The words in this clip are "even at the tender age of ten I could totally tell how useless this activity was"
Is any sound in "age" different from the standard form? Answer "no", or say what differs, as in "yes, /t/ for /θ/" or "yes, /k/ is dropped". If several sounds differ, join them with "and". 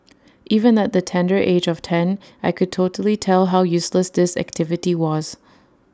no